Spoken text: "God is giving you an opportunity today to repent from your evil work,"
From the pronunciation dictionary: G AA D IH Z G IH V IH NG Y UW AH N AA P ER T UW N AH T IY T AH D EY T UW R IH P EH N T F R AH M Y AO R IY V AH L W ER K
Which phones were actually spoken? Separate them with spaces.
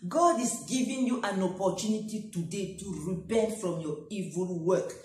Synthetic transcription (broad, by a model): G AA D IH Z G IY V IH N Y UW AH N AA P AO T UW N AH T IY T AH D EY T UW R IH B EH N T F R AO M Y AO IY V AH L W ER K